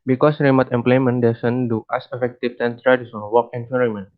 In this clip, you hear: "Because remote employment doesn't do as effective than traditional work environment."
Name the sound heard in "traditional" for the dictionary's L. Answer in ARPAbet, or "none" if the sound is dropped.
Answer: N